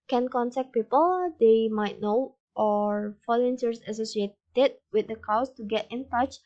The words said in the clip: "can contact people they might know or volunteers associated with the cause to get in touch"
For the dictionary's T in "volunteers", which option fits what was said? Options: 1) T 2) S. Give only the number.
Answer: 2